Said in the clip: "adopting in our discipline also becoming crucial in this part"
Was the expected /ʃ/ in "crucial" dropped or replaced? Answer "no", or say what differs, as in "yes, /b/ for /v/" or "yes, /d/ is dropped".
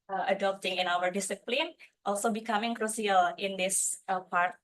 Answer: yes, /s/ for /ʃ/